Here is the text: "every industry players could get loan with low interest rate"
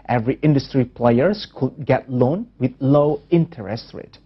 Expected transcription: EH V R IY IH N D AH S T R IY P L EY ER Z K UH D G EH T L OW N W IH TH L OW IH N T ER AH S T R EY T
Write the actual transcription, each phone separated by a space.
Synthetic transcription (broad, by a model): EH V R IY IH N D AH S T R IY P L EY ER S K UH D G EH T L OW N W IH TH L OW IH N T ER AH S T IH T